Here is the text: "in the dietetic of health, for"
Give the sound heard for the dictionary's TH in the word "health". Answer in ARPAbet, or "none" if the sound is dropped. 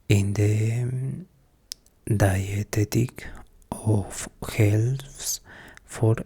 S